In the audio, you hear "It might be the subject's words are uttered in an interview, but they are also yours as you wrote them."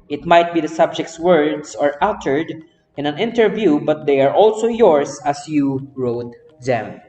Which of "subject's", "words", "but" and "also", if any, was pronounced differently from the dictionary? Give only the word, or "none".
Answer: words